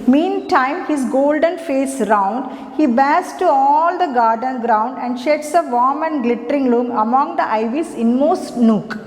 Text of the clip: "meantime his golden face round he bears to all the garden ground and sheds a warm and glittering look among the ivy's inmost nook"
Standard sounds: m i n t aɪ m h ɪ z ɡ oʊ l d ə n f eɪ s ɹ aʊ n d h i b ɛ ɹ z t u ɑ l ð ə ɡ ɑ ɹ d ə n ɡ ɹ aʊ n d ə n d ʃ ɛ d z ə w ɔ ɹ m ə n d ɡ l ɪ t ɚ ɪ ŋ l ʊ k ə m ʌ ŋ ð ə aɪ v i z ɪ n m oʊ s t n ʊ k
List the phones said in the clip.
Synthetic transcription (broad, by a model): m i n t aɪ m h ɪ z ɡ oʊ l d ə n f eɪ s ɹ aʊ n d h i b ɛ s t u ɑ l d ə ɡ ɑ ɹ d ə n ɡ ɹ aʊ n d ə n d ʃ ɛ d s ə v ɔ m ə n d ɡ l ɪ t ɚ ɪ ŋ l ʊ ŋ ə m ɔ ŋ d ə aɪ v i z ɪ n m oʊ s t n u k